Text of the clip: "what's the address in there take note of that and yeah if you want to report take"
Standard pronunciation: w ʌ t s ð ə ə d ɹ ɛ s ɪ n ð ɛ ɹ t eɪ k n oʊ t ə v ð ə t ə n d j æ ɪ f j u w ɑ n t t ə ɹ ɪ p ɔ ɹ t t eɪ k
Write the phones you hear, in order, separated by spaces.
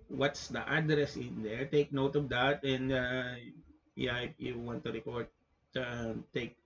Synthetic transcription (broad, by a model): w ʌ t s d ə ə d ɹ ɛ s ɪ n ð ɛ ɹ t eɪ k n oʊ t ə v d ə t ə n d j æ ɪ p j u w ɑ n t t ə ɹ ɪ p ɔ ɹ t t eɪ k